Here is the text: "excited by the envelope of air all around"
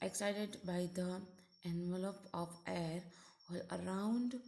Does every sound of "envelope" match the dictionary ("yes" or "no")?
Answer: yes